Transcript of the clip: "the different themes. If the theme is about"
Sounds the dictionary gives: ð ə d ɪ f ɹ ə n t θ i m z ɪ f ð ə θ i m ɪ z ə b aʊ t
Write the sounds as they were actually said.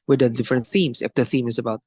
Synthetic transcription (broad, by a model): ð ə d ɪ f ɹ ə n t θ i m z ɪ f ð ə θ i m ɪ z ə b aʊ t